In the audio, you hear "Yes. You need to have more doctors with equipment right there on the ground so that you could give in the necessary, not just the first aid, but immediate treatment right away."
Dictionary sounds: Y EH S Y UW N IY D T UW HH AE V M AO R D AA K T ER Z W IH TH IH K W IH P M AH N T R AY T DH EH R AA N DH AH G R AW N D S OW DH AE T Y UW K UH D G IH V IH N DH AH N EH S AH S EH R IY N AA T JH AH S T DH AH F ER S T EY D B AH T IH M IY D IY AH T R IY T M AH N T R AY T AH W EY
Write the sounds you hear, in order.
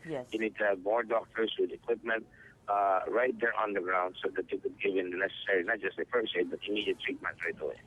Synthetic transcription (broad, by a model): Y Y UW N IY D T UW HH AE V M AO R D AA K T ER S W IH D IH K W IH P M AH N T R AY T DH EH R AA N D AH G R AW N D S OW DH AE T Y UW K UH D G IH V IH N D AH N EH S AH S EH R IY N AA T JH AH S T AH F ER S EY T B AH T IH M IY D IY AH T R IY T M AH N T R AY T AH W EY